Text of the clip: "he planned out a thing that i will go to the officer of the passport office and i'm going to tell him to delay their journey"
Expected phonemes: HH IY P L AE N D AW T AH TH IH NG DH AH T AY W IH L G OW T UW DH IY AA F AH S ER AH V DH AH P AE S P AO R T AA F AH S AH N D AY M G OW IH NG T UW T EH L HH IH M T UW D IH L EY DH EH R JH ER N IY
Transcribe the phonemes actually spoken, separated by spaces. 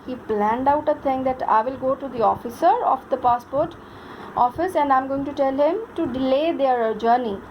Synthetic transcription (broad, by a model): HH IY P L AE N D AW T AH T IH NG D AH T AY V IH L G OW T UW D IY AA F AH S ER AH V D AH P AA S P AO R T AA F AH S AH N D AY M G OW IH NG T UW T EH L HH IH M T UW D IH L EY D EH R JH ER N IY